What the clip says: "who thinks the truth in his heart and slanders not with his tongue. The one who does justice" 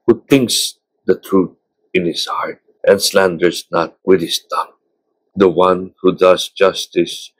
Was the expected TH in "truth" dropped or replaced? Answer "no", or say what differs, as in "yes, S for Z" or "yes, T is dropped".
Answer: yes, T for TH